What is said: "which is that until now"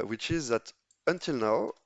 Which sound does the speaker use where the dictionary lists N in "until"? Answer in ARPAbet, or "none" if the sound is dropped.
N